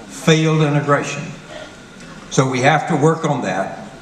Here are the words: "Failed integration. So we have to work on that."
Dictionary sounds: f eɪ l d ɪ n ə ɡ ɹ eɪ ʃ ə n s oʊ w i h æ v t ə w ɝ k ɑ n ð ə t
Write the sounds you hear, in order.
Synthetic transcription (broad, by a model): f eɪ l d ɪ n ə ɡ ɹ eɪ ʃ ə n s oʊ w i h æ f t ə w ɝ k n ð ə t